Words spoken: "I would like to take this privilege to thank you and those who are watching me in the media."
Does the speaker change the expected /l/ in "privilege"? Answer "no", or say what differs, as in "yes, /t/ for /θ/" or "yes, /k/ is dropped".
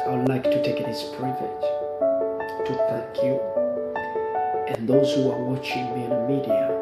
yes, /l/ is dropped